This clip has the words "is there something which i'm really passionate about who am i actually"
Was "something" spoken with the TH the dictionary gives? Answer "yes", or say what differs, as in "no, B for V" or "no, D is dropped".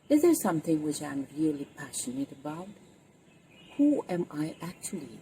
yes